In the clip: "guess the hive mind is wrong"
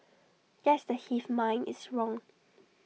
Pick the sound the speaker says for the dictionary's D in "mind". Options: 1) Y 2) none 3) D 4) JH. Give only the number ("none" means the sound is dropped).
2